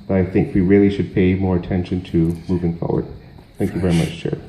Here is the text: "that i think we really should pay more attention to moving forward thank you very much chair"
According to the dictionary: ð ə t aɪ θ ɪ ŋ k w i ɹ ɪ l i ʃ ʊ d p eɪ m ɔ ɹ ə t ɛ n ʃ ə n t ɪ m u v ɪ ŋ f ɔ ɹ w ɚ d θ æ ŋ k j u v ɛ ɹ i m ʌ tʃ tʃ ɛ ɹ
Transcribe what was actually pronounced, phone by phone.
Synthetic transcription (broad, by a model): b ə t aɪ θ ɪ ŋ k w i ɹ ɪ l i ʃ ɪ d p eɪ m ɔ ɹ ə t ɛ n ʃ ə n t ɪ m u v ɪ ŋ f ɔ ɹ w ɚ d θ æ ŋ k j u v ɛ ɹ i m ʌ tʃ tʃ ɛ ɹ